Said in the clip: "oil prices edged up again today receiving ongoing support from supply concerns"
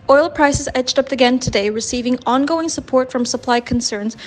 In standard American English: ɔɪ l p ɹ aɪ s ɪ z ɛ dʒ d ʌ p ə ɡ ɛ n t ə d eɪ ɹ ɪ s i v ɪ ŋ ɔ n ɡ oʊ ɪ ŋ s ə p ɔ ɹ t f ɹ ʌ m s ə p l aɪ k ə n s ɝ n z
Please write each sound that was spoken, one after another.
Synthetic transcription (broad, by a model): ɔɪ l p ɹ aɪ s ɪ z ɛ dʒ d ʌ p ə ɡ ɛ n t ə d eɪ ɹ ɪ s i v ɪ ŋ ɔ n ɡ oʊ ɪ ŋ s ə p ɔ ɹ t f ɹ ʌ m s ə p l aɪ k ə n s ɝ n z